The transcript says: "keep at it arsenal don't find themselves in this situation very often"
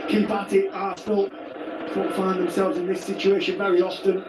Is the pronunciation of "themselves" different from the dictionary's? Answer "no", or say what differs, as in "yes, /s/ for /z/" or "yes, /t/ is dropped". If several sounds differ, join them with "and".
no